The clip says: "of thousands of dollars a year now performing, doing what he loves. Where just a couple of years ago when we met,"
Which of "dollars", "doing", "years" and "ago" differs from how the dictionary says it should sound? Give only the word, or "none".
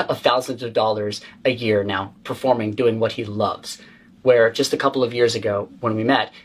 none